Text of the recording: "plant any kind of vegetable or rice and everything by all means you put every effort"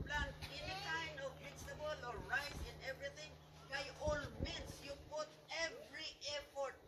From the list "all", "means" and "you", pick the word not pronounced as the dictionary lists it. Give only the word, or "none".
means